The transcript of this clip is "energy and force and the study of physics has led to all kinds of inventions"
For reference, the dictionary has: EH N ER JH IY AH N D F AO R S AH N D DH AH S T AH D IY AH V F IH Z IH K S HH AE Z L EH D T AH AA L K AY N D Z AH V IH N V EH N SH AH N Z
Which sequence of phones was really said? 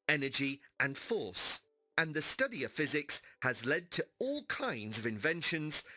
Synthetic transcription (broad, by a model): EH N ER JH IY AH N F AO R S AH N DH AH S T AH D IY AH V F IH Z IH K S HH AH Z L EH D T AH AA L K AY N D Z AH V IH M V EH N SH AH N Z